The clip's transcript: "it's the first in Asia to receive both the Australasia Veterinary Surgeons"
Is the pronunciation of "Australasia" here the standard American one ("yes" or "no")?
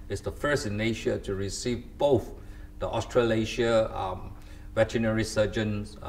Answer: no